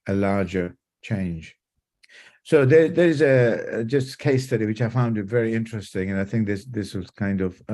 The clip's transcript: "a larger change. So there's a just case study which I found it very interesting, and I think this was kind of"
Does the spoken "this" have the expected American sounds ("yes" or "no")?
yes